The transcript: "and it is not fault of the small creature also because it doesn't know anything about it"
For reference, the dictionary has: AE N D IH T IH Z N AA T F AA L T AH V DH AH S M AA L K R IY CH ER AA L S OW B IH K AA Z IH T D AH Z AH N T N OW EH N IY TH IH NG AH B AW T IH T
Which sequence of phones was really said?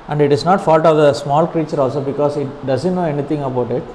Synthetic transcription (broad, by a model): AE N D IH T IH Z N AA T F AA L T AH V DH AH S M AA L K R IY CH ER AA L S OW B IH K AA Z IH T D AH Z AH N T N OW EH N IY T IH NG AH B AW T IH T